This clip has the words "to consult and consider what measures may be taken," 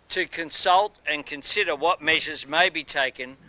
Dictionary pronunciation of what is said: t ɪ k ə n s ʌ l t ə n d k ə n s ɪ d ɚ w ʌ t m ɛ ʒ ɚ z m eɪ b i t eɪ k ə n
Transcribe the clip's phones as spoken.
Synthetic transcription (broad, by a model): t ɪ k ə n s ʌ l t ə n k ə n s ɪ d ɚ w ʌ t m ɛ ʒ ɚ z m eɪ b i t eɪ k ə n